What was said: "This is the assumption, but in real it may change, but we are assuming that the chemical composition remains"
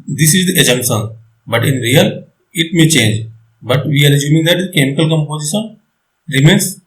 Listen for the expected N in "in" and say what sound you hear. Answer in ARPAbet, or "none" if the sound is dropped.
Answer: N